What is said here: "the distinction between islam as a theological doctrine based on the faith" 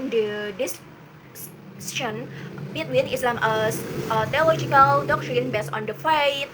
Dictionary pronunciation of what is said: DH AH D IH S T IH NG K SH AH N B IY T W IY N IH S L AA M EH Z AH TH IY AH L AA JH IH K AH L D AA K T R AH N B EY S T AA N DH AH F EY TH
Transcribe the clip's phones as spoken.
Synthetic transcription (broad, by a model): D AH D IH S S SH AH N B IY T W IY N IH S L AA M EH S AH T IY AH L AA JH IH K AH L D AA K T R AH N B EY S AA N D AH F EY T